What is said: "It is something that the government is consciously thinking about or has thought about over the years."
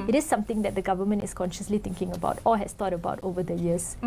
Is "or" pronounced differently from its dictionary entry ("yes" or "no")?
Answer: yes